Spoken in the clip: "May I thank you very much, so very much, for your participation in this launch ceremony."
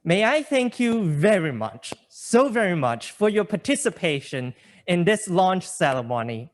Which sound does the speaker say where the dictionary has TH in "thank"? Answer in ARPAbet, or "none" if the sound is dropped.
TH